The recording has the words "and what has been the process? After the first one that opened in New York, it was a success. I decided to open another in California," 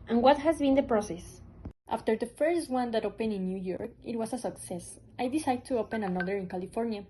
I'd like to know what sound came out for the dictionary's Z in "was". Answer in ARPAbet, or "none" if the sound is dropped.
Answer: S